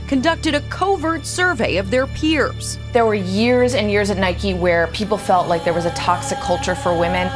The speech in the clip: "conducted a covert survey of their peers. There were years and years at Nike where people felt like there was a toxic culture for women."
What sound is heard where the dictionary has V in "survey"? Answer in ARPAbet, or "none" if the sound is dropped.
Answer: V